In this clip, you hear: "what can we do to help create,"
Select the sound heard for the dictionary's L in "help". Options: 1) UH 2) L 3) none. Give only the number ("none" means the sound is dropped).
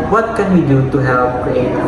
3